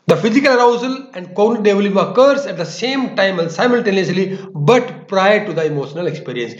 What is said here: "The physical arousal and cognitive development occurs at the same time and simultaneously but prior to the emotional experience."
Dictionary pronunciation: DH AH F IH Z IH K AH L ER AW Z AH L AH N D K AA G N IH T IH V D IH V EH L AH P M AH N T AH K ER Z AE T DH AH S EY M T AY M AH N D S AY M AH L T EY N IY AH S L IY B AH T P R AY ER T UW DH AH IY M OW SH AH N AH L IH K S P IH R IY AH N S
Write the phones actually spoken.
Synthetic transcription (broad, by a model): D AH F IH Z IH K AH L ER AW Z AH L AH N D K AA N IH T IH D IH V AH L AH M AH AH K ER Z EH T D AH S EY M T AY M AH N S AY M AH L T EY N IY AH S L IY B AH T P R AY ER T UW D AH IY M OW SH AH N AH L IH K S P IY R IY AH N S